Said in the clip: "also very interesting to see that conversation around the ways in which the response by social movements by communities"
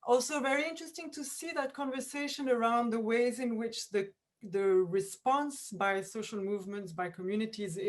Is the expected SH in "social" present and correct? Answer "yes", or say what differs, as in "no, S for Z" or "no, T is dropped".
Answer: yes